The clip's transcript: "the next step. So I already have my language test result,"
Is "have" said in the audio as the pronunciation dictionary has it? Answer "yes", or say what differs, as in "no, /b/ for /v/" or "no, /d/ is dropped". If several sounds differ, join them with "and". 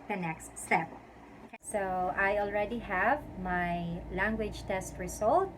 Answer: yes